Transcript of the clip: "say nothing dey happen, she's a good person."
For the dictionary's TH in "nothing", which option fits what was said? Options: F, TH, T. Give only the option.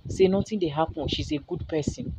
T